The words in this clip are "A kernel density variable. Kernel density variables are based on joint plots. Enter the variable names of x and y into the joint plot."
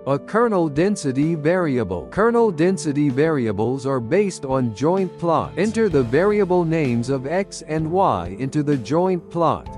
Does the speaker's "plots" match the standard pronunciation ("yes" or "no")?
no